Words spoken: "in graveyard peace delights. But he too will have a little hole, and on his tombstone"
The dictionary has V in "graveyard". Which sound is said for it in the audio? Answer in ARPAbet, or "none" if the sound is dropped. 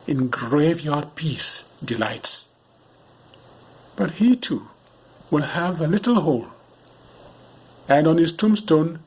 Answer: V